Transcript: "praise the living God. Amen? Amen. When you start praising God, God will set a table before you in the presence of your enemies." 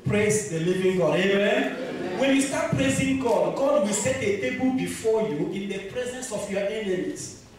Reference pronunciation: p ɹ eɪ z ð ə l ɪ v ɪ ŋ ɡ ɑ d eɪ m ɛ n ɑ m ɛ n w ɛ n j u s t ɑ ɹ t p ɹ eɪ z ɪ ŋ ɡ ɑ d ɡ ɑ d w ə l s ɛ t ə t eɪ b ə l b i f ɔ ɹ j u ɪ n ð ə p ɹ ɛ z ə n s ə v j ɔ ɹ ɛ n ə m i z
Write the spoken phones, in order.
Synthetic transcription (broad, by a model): p ɹ eɪ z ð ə l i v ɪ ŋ ɡ ɑ d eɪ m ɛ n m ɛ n w ɛ n j u s t ɑ t p ɹ eɪ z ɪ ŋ ɡ ɑ d ɡ ɑ d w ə s ɛ t ə t eɪ b ə l b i f ɔ j u ɪ n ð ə p ɹ ɛ z ə n s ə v j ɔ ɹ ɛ n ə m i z